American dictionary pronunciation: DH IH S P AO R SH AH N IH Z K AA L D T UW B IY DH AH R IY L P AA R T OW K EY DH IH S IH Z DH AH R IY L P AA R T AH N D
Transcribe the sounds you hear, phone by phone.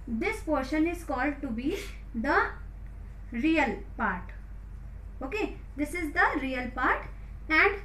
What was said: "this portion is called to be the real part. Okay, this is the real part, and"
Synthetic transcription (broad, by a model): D IH S P AO R SH AH N IH Z K AA L D T UW B IY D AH R IY L P AA R T OW K EY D IH S IH Z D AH R IY L P AA R T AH N D